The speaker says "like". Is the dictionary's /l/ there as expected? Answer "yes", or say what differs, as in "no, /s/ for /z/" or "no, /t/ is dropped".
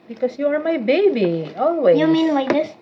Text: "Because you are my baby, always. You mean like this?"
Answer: no, /w/ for /l/